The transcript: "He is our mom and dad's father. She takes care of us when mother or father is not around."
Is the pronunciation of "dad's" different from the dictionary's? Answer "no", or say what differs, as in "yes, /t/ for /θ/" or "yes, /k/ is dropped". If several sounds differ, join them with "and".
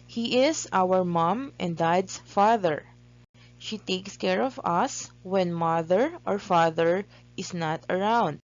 yes, /s/ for /z/